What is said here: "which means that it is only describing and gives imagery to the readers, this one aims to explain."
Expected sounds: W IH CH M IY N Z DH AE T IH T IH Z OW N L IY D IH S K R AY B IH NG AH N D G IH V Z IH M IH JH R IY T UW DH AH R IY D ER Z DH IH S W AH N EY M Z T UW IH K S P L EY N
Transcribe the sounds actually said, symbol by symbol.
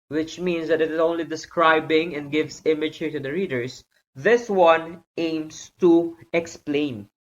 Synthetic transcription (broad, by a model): W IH CH M IY N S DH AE T IH T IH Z OW N L IY D IH S K R AY B IH NG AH N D G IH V S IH M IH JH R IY T UW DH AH R IY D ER S DH IH S W AH N EY M S T UW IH K S P L EY N